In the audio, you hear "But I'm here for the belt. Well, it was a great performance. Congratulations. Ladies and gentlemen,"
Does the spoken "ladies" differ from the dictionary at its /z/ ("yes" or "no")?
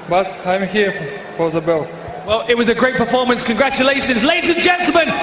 no